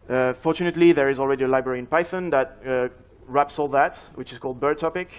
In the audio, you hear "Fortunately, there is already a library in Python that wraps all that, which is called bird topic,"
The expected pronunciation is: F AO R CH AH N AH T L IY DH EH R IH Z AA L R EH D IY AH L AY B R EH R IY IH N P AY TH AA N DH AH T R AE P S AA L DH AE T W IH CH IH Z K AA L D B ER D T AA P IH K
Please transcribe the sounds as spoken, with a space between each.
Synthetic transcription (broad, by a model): F AO R CH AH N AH T L IY DH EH R IH Z AA L R EH D IY AH L AY B R EH R IY IH N P AY TH AA N DH AH T R AE P S AA L DH AE T W IH CH IH Z K AA L D B ER D T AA P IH K